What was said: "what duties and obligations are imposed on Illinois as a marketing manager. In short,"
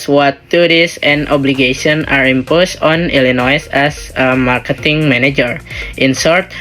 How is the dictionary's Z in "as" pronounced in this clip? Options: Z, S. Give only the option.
S